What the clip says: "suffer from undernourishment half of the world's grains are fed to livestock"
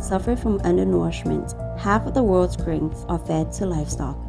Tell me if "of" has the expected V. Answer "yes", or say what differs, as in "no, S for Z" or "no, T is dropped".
yes